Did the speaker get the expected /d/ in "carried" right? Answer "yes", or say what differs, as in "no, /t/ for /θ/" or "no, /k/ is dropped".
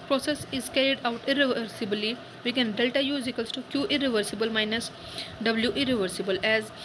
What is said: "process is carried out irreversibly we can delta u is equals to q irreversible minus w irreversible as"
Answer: yes